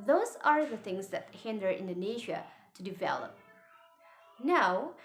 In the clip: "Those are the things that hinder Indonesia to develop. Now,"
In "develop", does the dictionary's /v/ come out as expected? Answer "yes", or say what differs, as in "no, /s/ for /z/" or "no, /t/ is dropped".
yes